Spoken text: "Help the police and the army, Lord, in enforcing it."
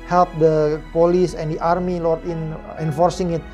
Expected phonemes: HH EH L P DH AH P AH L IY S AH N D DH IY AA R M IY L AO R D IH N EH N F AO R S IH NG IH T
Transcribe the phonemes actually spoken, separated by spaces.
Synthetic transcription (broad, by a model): HH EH L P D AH P AH L IY S AH N D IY AA R M IY L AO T IH N EH N F AO R S IH NG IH T